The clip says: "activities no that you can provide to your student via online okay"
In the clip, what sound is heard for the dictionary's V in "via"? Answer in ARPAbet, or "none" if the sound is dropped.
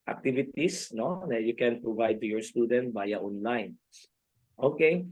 B